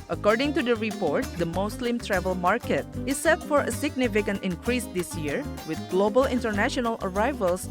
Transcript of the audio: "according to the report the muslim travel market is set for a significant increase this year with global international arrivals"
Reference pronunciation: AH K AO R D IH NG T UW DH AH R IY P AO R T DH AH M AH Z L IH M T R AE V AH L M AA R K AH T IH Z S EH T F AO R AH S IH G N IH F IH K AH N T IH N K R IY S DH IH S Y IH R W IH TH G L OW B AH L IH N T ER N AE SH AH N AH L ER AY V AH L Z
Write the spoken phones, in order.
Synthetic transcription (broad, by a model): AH K AO R D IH NG T UW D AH R IY P AO R T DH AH M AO S L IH M T R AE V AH L M AA R K AH T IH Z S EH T F AO R AH S IH G N IH F IH K AH N T IH N K R IY S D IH S Y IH R W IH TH G L OW B AH L IH N T ER N AE SH AH N AH L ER AY V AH L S